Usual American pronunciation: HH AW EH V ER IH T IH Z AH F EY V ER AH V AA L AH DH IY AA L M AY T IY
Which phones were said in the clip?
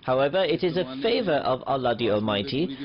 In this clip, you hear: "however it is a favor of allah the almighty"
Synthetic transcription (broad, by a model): HH AW EH V ER IH T IH Z AH F EY V ER AH V AA L AH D IY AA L M AY T IY